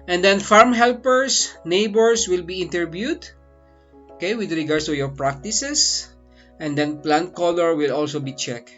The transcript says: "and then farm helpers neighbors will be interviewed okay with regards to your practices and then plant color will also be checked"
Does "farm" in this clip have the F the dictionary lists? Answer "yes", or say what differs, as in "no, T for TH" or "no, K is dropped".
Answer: yes